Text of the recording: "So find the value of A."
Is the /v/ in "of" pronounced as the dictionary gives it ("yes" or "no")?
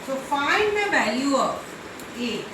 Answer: no